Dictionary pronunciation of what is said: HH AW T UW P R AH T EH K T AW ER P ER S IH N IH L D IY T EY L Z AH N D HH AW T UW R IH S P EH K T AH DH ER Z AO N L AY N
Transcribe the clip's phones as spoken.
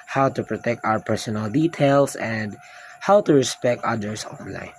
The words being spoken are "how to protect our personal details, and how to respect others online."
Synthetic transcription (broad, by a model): HH AW T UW P R AH T EH K T AW ER P ER S IH N IH L D IY T EY L S AH N D HH AW T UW R IH S P EH K T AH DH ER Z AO N L AY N